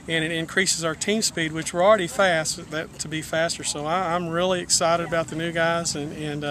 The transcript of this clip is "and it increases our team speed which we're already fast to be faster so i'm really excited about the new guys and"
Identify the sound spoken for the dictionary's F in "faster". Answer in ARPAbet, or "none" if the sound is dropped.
F